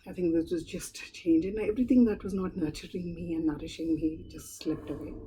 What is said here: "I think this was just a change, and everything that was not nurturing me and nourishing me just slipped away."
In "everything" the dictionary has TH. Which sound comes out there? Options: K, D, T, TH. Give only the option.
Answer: T